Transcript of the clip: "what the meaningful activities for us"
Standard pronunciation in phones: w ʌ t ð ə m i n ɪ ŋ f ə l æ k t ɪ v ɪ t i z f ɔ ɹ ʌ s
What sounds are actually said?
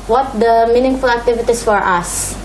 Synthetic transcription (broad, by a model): w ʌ t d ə m i n ɪ ŋ f ə l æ k t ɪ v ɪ t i s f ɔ ɹ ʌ s